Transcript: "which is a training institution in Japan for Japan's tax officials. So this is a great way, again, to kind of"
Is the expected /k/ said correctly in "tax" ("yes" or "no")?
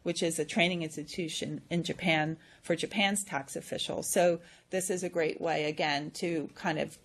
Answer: yes